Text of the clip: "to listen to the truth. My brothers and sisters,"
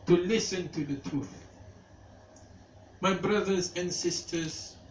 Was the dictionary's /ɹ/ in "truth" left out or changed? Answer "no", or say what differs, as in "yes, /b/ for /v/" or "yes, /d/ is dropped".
no